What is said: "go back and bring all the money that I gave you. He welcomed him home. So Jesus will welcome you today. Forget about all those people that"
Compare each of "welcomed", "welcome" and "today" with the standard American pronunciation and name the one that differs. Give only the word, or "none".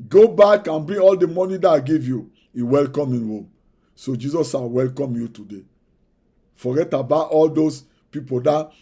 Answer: welcomed